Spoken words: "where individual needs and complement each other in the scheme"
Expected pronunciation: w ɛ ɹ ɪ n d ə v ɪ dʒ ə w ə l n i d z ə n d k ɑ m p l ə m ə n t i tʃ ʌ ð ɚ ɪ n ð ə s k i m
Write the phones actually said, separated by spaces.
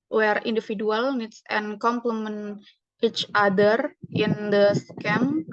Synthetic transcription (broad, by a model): w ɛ ɹ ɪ n d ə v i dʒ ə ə l n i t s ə n k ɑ m p l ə m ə n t i tʃ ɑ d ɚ ɪ n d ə s k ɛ m